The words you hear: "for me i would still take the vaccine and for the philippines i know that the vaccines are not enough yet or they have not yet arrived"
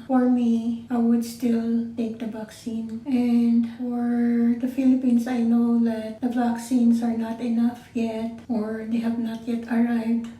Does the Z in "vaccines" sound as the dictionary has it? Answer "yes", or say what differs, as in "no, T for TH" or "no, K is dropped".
no, S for Z